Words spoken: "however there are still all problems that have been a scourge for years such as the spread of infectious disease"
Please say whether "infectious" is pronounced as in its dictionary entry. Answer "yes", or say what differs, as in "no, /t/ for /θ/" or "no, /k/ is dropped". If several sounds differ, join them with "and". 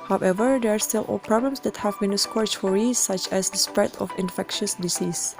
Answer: yes